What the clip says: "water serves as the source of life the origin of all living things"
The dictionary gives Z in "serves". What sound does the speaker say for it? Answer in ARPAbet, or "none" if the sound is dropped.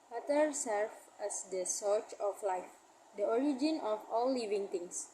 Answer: none